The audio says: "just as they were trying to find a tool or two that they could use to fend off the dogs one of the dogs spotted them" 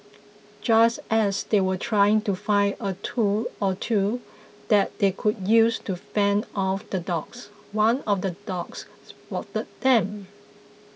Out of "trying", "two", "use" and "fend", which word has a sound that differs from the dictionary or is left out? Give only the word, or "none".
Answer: fend